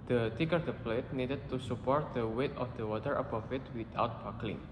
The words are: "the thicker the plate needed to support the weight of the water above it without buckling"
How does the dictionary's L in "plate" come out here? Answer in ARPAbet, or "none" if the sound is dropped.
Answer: L